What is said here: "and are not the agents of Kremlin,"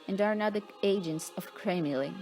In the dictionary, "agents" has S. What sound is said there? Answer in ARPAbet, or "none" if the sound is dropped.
S